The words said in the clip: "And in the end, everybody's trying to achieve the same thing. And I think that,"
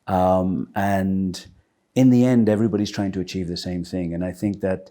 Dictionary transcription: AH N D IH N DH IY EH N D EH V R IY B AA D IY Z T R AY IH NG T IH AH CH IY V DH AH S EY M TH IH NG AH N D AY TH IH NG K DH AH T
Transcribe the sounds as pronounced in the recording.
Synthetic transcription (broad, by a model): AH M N IH N DH IY EH N D EH V R IY B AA D IY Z T R AY IH NG T IH AH CH IY V DH AH S EY M TH IH NG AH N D AY TH IH NG K DH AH T